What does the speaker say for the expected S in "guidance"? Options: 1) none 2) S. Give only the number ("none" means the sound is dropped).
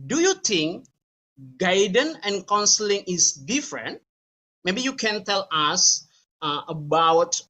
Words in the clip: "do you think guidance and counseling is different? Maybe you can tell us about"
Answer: 1